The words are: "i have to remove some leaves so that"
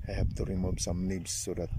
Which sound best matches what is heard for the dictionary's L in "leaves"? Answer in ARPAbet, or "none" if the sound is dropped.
N